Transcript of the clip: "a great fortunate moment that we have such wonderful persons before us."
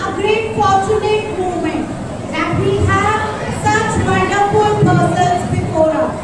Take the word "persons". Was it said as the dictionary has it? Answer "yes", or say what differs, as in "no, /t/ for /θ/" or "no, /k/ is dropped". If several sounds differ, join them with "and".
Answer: no, /b/ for /p/